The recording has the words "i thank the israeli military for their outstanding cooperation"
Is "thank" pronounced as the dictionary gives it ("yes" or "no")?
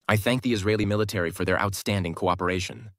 yes